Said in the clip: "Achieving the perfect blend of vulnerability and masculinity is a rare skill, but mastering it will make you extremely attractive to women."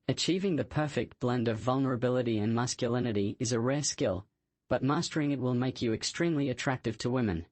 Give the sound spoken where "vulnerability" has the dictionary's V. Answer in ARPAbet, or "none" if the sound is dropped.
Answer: V